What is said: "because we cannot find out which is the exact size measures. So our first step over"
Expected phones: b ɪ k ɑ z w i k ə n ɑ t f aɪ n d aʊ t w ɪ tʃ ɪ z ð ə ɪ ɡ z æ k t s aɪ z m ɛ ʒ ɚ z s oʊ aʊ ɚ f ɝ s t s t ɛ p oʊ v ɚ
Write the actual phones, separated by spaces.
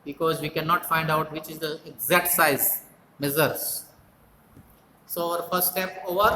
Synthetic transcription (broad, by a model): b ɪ k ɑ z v i k ə n ɑ t f aɪ n d aʊ t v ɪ tʃ ɪ z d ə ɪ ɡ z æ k t s aɪ z m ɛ z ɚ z s oʊ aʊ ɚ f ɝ s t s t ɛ p oʊ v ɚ